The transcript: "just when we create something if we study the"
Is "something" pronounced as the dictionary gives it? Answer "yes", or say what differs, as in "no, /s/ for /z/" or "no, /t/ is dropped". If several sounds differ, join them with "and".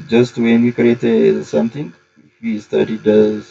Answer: no, /t/ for /θ/